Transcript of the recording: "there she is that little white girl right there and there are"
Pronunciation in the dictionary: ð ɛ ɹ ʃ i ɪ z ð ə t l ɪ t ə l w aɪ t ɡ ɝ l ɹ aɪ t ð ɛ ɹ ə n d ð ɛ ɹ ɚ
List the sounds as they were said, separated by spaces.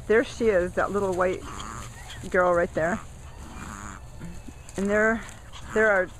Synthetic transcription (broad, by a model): ð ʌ ɹ ʃ i ɪ z ð ə t l ɪ t l w aɪ t ɡ ɝ l ɹ aɪ t ð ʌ ɹ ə n ð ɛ ɹ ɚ